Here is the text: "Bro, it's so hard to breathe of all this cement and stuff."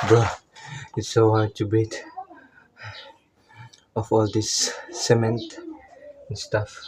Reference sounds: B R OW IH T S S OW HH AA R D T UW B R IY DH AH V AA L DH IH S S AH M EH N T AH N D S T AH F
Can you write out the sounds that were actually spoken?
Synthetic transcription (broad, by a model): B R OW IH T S S OW HH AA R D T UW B IY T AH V AA L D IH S S AH M EH N T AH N S T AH F